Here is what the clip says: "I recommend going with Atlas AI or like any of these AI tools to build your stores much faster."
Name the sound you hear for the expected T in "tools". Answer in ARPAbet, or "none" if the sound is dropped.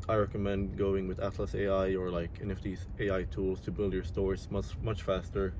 T